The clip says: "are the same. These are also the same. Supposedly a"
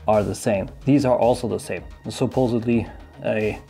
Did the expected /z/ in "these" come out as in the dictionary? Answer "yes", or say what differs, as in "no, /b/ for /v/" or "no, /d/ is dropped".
yes